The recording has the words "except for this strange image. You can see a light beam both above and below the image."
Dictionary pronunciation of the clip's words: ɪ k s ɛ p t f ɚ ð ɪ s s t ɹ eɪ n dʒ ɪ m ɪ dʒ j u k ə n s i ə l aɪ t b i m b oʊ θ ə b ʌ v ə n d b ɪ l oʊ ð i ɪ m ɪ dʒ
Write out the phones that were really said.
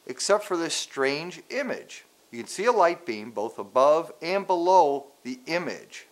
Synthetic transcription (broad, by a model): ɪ k s ɛ p t f ɚ ð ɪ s s t ɹ eɪ n dʒ ɪ m ɪ dʒ j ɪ k ə n s i ə l aɪ t b i m b oʊ θ ə b ʌ v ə n b ɪ l oʊ ð i ɪ m ɪ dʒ